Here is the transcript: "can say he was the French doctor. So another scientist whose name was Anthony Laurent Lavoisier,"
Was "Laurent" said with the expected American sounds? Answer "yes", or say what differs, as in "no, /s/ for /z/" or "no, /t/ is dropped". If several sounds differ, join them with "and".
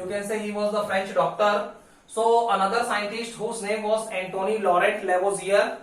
no, /n/ is dropped